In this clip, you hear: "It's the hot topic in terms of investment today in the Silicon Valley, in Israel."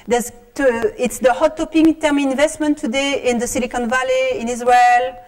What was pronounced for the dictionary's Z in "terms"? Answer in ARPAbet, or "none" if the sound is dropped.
none